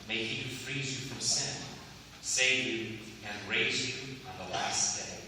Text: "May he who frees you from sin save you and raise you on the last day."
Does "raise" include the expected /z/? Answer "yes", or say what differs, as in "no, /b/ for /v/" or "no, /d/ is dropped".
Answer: yes